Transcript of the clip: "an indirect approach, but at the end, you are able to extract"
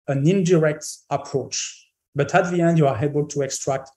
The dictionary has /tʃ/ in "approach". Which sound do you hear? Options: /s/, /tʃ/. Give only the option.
/tʃ/